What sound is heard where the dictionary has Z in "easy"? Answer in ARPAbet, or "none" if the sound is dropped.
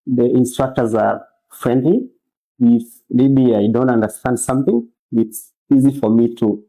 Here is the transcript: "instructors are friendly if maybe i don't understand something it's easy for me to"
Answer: Z